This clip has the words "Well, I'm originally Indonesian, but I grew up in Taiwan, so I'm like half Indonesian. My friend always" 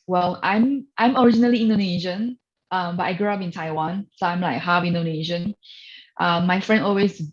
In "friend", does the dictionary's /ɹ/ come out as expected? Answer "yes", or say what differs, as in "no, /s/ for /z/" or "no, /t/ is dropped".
yes